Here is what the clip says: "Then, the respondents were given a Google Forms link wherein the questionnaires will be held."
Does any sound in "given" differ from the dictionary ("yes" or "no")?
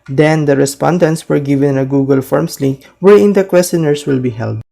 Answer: no